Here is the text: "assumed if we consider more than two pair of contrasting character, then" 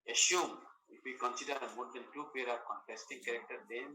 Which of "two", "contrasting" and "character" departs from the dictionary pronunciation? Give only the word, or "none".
contrasting